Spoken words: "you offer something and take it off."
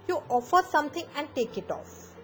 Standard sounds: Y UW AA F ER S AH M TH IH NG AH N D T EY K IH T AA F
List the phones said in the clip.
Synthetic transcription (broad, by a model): Y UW AA F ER S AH M T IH NG AH N D T EY K IH T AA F